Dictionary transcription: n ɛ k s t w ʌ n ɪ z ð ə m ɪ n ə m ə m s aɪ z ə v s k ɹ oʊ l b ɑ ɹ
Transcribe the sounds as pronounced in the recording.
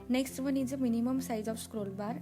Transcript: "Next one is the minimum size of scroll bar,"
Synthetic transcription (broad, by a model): n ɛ k s t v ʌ n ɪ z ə m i n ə m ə m s aɪ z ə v s k ɹ oʊ l b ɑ ɹ